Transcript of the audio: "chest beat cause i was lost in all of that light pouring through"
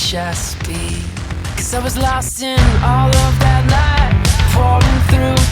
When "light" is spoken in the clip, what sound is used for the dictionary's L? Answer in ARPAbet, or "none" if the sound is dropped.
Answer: N